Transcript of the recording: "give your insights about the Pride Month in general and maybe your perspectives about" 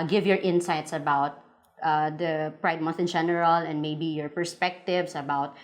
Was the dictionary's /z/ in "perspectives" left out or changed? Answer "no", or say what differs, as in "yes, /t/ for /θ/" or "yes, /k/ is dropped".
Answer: yes, /s/ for /z/